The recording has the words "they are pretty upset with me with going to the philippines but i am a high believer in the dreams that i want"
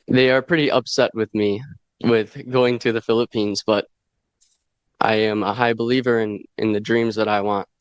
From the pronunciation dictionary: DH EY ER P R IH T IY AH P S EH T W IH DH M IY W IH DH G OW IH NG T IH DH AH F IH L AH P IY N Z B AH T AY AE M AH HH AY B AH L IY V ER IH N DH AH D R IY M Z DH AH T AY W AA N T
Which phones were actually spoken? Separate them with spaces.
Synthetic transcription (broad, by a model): DH EY ER P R IH T IY AH P S EH T W IH DH M IY W IH DH G OW IH NG T IH DH AH F IH L AH P IY N Z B AH T AY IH M AH HH AY B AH L IY V ER IH N DH AH D R IY M Z DH AH T AY W AA N T